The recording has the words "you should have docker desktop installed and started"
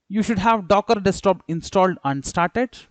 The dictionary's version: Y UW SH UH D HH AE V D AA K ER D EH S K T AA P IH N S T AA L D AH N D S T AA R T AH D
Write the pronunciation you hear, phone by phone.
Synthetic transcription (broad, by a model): Y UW SH UH D HH AE V D AA K ER D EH S T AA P IH N S T AA L D AH N D S T AA R T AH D